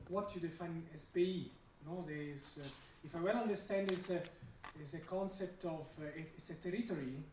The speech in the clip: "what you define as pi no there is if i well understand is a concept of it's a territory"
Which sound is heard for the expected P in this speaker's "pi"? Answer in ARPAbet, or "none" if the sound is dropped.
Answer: B